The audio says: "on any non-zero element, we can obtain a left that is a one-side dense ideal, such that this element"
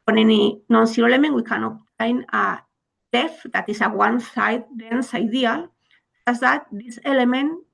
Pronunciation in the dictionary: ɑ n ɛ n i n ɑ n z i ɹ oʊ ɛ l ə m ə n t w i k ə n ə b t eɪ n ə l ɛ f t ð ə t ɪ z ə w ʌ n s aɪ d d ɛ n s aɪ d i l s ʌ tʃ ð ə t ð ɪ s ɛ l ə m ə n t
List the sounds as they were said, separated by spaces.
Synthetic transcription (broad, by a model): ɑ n ɛ n i n ɑ n s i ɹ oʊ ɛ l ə m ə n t w i k ə n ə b t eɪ n ə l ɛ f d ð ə t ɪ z ə w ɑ n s aɪ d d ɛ n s aɪ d i l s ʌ s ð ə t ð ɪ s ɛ l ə m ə n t